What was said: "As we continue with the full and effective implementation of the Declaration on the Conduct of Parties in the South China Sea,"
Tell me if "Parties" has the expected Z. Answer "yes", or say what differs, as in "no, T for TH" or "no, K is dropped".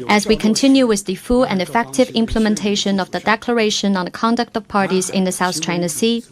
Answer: yes